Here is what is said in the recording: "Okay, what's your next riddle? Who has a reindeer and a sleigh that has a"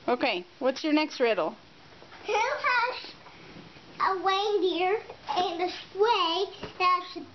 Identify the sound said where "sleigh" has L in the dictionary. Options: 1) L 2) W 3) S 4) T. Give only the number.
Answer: 2